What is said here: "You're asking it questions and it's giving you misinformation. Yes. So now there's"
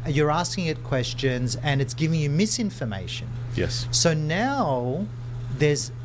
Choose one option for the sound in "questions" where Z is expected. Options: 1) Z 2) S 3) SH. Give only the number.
1